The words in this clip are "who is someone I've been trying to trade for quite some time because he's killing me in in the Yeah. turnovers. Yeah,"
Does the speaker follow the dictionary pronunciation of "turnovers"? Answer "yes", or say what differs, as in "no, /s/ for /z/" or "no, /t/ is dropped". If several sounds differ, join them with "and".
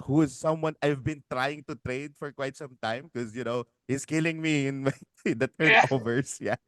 no, /s/ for /z/